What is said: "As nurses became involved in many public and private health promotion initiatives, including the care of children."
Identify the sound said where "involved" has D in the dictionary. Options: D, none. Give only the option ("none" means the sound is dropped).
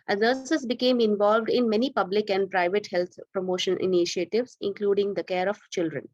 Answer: D